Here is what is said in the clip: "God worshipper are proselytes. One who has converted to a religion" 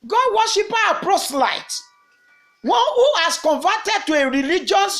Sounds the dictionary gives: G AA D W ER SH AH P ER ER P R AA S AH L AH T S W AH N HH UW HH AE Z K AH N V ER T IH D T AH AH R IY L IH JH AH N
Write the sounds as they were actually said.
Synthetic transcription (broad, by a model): G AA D W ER SH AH P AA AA P R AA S L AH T W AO N HH UW HH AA S K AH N V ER T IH D T AH AH R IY L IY JH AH N